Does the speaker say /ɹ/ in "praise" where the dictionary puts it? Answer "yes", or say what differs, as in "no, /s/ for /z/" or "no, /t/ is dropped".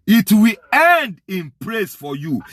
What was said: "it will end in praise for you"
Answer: no, /l/ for /ɹ/